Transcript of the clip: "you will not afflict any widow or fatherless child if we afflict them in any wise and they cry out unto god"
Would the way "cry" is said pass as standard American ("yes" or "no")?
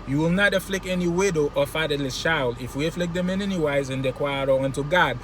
no